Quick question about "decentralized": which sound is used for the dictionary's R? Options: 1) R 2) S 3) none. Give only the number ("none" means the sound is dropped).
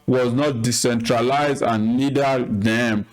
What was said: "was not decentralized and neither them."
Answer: 1